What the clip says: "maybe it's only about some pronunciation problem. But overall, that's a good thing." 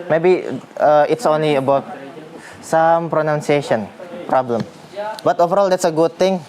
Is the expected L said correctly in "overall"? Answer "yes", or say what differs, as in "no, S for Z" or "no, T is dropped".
yes